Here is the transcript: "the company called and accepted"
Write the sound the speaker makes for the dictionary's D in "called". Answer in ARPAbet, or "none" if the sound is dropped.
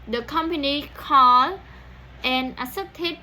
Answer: none